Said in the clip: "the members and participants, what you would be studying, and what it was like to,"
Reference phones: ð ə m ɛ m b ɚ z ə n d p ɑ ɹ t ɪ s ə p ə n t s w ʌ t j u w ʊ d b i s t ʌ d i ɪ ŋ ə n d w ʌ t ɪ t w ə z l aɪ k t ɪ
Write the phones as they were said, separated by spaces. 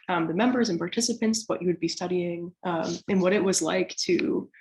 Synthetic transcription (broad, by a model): ð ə m ɛ m b ɚ z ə n p ɑ ɹ t ɪ s ə p ə n t s w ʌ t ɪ w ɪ d b i s t ʌ d i ɪ ŋ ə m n w ʌ t ɪ t w ə z l aɪ k t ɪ